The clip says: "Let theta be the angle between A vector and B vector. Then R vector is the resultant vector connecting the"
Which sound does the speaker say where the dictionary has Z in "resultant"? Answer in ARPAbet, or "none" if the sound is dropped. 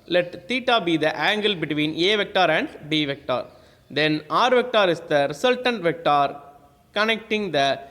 S